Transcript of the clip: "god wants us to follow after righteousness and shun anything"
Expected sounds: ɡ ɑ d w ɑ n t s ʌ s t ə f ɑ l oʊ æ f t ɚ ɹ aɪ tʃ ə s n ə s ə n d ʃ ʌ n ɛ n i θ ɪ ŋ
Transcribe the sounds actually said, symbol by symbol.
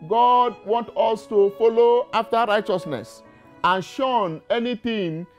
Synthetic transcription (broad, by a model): ɡ ɑ d w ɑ n t ɔ s t ə f ɑ l oʊ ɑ f t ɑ ɹ aɪ tʃ ə s n ə s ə n ʃ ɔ n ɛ n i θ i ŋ